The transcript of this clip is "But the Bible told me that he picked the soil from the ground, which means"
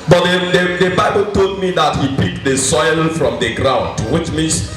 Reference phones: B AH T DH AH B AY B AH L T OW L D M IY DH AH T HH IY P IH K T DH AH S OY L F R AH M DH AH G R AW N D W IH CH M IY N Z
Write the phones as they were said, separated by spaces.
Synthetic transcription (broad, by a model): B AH T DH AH B AY B AH L T OW L D M IY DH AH T HH IY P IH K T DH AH S OY L F R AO M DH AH G R AW N D W IH CH M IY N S